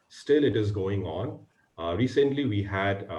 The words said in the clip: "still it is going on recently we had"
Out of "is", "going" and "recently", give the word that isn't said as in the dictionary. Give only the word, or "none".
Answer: none